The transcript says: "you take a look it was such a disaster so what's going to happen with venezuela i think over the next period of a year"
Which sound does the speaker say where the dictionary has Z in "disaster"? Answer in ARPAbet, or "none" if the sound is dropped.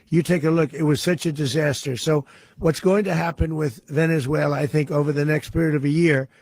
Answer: Z